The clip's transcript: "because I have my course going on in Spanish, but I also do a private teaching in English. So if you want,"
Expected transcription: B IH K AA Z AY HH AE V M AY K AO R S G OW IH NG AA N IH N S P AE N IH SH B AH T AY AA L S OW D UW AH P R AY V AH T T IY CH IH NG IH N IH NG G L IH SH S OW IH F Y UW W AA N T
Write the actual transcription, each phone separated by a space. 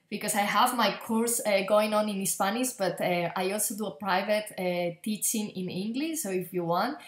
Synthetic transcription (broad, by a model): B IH K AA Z AY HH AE V M AY K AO R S G OW IH NG AA N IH N S P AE N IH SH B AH T AY AA L S OW D UW AH P R AY V AH T T IY CH IH NG IH N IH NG G L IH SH S OW IH F Y UW W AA N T